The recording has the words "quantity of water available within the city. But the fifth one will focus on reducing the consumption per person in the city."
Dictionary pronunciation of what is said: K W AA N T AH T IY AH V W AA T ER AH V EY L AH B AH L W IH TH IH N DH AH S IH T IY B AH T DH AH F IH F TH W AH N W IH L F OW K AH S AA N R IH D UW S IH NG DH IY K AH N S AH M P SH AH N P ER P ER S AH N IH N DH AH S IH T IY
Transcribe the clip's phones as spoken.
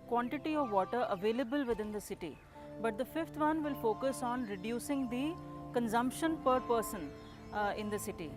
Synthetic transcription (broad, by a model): K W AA N T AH T IY AH V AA T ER AH V EY L AH B AH L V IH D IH N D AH S IH T IY B AH T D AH F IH F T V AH N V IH L F OW K AH S AA N R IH D UW S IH NG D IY K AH N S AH M P SH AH N P ER P ER S AH N IH N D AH S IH T IY